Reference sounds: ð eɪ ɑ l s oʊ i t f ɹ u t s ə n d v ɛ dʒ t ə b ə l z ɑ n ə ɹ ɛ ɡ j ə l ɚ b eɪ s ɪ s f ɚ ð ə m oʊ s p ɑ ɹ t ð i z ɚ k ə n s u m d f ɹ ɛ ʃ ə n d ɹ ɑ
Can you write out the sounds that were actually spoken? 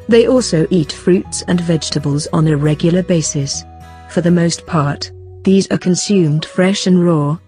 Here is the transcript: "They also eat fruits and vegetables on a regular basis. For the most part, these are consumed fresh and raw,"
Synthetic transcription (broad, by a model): ð eɪ ɑ l s oʊ i t f ɹ u t s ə n v ɛ dʒ t ə b ə l z n ə ɹ ɛ ɡ j l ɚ b eɪ s ɪ s f ɚ ð ə m oʊ s p ɑ ɹ t ð i z ɚ k ə n s u m d f ɹ ɛ ʃ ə n ɹ ɑ